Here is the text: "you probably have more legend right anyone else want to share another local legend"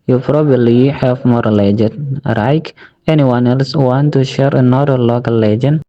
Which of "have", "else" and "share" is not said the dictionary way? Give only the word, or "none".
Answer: have